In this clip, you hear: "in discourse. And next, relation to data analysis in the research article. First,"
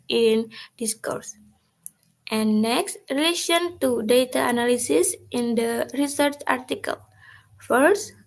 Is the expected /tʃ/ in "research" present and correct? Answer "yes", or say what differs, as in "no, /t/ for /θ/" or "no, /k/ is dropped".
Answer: yes